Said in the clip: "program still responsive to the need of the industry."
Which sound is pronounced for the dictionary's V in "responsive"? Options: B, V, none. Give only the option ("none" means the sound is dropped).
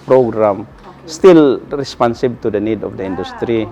B